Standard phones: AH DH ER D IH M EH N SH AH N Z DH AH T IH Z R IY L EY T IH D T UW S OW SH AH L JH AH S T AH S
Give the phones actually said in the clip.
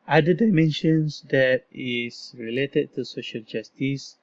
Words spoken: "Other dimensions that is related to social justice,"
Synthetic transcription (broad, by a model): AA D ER D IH M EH N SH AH N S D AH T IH S R IY L EY T IH D T UW S OW SH AH L JH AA S T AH S